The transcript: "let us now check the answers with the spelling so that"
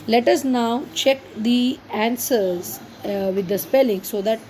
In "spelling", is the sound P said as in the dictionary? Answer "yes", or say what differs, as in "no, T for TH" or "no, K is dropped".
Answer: yes